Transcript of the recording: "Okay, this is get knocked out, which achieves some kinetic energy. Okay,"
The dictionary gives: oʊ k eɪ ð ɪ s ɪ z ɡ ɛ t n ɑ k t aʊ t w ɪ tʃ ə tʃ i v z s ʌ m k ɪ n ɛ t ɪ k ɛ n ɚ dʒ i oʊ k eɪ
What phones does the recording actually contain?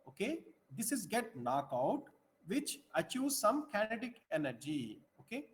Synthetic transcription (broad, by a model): oʊ k eɪ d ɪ s ɪ z ɡ ɛ t n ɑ k aʊ t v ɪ tʃ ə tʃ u z s ʌ m k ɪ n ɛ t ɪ k ɛ n ɚ dʒ i oʊ k eɪ